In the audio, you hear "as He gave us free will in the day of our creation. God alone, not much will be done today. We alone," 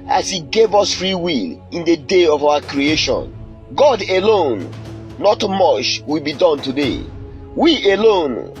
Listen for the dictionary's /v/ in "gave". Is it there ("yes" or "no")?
yes